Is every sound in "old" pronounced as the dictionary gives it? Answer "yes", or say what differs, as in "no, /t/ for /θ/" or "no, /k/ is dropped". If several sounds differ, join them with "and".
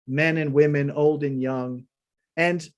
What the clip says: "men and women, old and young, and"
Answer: yes